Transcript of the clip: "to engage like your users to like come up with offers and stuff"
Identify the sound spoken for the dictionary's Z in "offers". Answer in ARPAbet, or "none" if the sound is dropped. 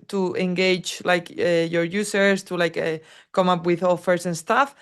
S